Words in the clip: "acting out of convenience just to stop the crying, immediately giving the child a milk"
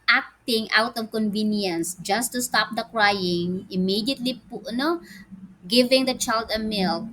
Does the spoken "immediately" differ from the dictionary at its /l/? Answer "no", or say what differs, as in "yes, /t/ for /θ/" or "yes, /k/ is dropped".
yes, /n/ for /l/